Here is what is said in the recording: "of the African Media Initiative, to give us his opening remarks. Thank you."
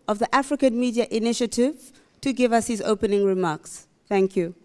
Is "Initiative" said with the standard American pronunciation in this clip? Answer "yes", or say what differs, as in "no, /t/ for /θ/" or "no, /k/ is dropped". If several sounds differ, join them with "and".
yes